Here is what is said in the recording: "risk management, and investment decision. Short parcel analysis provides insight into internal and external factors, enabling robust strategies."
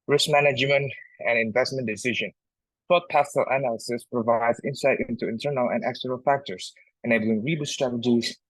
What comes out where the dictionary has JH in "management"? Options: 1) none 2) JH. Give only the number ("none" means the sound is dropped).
2